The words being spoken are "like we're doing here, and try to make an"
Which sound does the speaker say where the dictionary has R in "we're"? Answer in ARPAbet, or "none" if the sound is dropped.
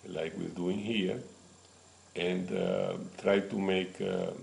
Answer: L